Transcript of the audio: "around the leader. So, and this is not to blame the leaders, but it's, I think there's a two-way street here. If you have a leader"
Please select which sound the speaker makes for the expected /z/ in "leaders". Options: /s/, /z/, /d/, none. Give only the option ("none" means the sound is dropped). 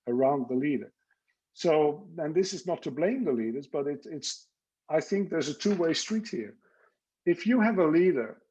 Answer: /z/